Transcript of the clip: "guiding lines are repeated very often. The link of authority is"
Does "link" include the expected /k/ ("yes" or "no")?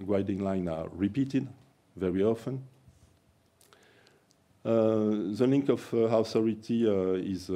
yes